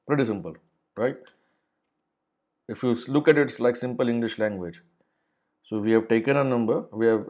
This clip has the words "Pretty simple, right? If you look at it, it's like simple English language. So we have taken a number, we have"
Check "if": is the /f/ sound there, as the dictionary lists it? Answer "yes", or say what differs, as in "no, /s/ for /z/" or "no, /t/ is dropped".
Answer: yes